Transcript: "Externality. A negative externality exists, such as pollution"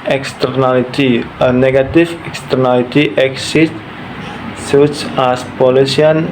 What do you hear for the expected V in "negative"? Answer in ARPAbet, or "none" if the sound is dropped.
F